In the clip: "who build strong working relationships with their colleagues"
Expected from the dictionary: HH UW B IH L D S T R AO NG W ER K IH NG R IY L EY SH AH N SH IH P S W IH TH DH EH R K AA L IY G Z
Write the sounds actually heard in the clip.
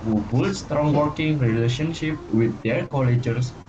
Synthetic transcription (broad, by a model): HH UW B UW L S T R AO NG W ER K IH NG R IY L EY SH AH N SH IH P W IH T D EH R K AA L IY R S